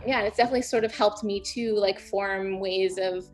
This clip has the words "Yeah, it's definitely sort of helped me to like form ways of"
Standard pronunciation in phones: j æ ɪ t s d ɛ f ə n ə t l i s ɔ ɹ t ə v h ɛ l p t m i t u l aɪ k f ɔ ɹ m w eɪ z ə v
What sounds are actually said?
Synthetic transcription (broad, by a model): j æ ɪ t s d ɛ f ə n ə t l i s ɔ ɹ t ə v h ɛ l p t m i t u l aɪ k f ɔ ɹ m w eɪ z ə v